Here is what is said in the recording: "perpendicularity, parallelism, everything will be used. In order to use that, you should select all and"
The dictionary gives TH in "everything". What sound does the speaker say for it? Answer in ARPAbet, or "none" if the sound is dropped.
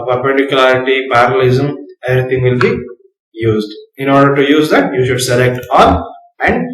T